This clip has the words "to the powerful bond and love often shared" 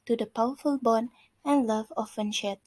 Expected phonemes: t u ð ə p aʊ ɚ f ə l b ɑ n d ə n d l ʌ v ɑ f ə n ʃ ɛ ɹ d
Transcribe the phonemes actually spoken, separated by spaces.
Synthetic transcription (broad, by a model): t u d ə p aʊ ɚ f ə l b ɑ n ə n l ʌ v ɑ f ə n ʃ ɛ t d